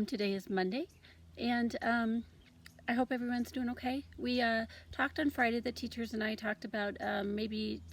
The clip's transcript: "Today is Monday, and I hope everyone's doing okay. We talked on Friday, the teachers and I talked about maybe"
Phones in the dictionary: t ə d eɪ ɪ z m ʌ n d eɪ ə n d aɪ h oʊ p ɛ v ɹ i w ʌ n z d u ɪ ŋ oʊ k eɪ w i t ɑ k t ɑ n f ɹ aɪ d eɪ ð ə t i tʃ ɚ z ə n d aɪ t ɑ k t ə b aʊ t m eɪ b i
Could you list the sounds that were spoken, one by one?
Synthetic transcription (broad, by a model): t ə d eɪ ɪ z m ʌ n d eɪ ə n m aɪ h oʊ p ɛ v ɹ i w ʌ n z d u ɪ ŋ oʊ k eɪ w i t ɑ k t n f ɹ aɪ d eɪ ð ə t i tʃ ɚ z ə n aɪ t ɑ k t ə b aʊ t m eɪ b i